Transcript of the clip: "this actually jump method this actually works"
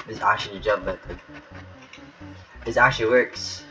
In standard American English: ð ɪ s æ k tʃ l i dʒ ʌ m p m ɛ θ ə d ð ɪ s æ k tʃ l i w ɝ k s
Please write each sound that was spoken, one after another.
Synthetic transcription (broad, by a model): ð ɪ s æ k tʃ l i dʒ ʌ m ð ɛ t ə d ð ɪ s æ k tʃ l i w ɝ k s